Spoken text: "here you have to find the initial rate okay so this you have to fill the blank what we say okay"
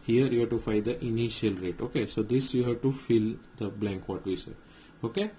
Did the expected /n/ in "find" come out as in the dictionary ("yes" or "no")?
no